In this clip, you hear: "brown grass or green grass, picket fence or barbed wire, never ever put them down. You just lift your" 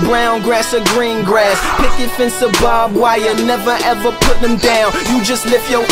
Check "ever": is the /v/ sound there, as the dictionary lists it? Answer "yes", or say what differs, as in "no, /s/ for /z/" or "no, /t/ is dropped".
yes